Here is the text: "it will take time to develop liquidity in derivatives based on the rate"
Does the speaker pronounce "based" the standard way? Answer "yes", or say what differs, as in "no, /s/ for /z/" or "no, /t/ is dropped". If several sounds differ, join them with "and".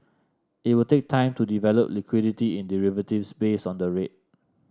no, /t/ is dropped